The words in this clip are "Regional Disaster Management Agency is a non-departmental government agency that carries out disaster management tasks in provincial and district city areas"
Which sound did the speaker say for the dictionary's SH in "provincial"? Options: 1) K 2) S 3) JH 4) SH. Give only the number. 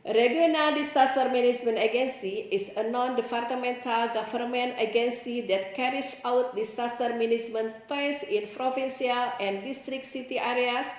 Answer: 2